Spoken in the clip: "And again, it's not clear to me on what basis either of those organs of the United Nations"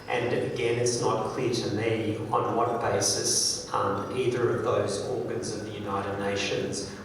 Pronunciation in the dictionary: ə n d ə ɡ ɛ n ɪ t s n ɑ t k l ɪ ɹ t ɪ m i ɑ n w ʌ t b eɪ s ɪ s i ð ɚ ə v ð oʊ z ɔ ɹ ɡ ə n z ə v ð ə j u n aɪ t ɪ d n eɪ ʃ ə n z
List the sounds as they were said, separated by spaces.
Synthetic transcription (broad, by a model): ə n ə ɡ ɛ n ɪ t s n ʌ t k l ɪ ɹ t ɪ m i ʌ n w ʌ t b eɪ s ɪ s i ð ɚ ə v ð oʊ z ɔ ɹ ɡ ə n z ə v ð ə j u n aɪ t ɪ d n eɪ ʃ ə n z